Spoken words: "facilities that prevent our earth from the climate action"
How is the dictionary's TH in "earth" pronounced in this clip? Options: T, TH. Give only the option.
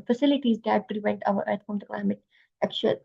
T